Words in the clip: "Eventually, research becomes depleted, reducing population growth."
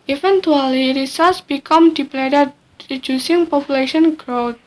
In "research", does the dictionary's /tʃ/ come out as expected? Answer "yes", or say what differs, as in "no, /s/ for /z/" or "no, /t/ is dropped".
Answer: no, /s/ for /tʃ/